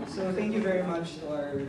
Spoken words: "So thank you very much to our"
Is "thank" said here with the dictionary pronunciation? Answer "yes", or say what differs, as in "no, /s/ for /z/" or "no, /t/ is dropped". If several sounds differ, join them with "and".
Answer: yes